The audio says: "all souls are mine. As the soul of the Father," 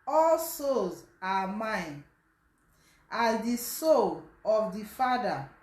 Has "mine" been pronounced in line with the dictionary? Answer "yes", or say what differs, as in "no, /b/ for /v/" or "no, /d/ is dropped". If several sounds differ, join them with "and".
yes